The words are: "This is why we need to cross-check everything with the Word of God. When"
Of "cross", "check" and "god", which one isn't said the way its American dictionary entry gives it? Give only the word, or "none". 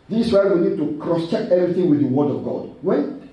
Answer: none